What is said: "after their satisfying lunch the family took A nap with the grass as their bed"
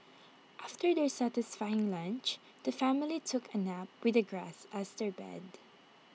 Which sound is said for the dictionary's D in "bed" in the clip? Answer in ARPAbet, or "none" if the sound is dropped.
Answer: D